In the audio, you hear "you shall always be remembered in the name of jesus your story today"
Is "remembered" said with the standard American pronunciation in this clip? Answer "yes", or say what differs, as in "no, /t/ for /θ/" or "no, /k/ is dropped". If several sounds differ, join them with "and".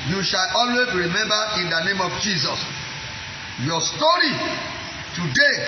no, /d/ is dropped